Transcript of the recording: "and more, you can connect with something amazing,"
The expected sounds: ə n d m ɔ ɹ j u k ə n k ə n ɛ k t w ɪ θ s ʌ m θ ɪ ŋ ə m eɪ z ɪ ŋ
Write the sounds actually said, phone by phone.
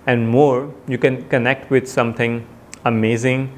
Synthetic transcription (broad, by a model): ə n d m ɔ ɹ j u k ə n k ə n ɛ k t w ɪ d s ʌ m t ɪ ŋ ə m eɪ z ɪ ŋ